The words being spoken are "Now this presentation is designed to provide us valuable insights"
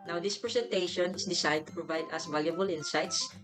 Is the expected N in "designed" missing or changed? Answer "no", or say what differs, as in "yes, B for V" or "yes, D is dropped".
yes, N is dropped